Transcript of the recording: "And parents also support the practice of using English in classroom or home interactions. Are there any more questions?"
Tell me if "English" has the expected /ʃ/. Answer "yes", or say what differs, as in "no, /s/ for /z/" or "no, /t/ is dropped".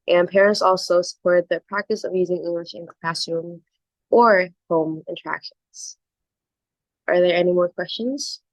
yes